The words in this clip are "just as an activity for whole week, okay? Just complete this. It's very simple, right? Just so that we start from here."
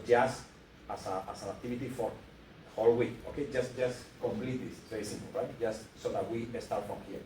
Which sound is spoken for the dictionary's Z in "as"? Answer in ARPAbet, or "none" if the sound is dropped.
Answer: S